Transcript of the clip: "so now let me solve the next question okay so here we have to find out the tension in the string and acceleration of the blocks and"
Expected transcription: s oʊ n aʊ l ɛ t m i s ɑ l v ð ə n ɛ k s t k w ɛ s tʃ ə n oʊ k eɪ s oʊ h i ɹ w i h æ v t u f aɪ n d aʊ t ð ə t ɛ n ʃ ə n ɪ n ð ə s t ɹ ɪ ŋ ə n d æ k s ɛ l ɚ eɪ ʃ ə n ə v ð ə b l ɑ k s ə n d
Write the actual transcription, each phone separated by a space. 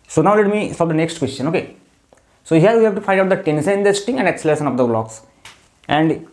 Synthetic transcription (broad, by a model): s oʊ n aʊ l ɛ t m i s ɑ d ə n ɛ k s t k w ɛ s tʃ ə n oʊ k eɪ s oʊ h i ɹ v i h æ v t u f aɪ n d aʊ t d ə t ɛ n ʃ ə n ɪ n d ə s t ɪ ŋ ə n d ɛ k s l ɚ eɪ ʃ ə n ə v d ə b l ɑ k s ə n d